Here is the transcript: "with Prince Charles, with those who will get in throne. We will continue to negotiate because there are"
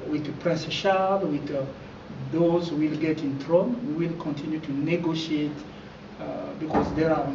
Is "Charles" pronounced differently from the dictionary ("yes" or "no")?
yes